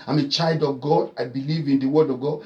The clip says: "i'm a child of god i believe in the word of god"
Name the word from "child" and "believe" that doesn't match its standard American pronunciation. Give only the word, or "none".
none